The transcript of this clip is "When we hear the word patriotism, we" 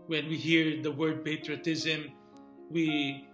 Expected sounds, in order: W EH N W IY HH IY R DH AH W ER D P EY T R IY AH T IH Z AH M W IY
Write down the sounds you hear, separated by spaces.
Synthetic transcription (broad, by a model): W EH N W IY HH IY R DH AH W ER D P EY T R IY AH T IH Z AH M W IY